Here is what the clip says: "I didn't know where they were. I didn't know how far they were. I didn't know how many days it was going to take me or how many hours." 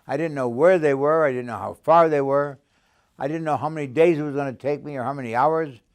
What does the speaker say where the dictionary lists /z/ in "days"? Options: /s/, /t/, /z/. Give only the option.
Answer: /z/